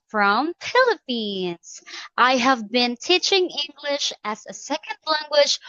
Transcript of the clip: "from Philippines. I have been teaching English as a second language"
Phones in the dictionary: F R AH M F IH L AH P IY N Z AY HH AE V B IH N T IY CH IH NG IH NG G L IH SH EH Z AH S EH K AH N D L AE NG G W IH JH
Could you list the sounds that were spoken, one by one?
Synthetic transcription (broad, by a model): F R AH M P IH L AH P IY N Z AY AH V B IH N T IY CH IH NG IH NG G L IH SH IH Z AH S EH K AH N D L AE NG G W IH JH